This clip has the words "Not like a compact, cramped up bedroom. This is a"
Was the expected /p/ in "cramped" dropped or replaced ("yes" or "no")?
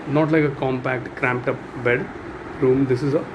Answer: no